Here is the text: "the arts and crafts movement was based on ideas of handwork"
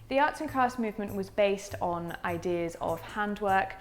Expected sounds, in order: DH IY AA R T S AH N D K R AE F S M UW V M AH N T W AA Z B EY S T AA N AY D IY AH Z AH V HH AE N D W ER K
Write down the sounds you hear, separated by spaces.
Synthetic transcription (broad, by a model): DH IY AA T S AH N K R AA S M UW V M AH N T W AA Z B EY S T N AY D IY AH Z AH V HH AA N D W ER K